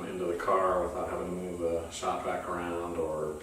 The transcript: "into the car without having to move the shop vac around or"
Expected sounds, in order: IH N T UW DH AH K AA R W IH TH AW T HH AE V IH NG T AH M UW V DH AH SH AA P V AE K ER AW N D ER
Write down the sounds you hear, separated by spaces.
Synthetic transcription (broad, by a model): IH N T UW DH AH K AA R W IH TH AW T HH AE V IH NG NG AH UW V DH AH S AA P B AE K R AW N D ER